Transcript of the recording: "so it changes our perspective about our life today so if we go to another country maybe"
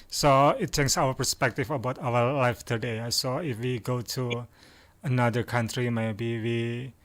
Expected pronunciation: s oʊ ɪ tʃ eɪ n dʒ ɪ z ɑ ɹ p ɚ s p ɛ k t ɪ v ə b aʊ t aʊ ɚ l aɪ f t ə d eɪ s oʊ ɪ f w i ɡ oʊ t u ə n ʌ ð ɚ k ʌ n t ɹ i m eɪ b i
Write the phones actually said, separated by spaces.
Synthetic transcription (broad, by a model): s oʊ ɪ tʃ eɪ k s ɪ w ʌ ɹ p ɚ s p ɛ k t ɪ f ə b aʊ t aʊ ɚ l aɪ f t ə d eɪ s oʊ ɪ f w i ɡ oʊ t u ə n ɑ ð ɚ k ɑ n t ɹ i m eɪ b i